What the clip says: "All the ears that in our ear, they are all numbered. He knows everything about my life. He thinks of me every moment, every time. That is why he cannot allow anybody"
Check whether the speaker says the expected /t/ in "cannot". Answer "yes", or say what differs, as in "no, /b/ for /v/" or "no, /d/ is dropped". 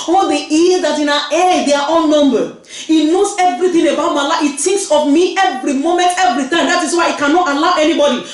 yes